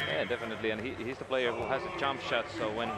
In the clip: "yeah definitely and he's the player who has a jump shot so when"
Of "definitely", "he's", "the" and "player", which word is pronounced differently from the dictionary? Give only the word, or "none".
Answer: none